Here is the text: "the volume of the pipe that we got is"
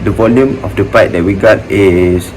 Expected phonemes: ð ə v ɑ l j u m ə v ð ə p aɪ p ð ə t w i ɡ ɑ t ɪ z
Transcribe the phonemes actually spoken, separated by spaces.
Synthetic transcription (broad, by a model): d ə v ɑ l j u m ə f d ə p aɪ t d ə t w i ɡ ɑ t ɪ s